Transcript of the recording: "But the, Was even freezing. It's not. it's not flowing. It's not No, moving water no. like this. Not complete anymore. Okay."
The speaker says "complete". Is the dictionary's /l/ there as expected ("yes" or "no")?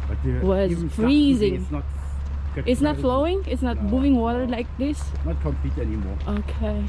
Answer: no